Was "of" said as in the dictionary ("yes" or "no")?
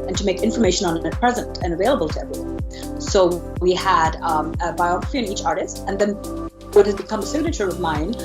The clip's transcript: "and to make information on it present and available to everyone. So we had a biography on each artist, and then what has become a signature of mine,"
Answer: yes